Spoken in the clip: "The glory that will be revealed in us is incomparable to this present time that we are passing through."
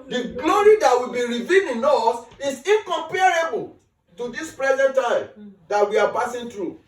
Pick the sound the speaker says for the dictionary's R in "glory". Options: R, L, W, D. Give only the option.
R